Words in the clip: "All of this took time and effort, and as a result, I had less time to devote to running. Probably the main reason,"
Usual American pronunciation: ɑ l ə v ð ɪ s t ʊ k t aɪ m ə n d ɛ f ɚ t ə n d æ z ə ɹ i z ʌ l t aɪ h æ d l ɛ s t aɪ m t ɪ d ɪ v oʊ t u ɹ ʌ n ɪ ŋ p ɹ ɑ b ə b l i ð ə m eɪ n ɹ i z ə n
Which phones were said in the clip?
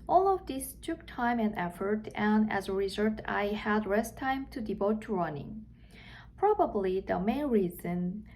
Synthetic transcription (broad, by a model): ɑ l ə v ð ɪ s t ʊ k t aɪ m ə n d ɛ f ɚ t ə n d æ z ə ɹ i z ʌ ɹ t aɪ h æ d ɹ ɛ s t aɪ m t ɪ d ɪ v oʊ t u ɹ ʌ n ɪ ŋ p ɹ ɑ b ə b l i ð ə m eɪ n ɹ i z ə n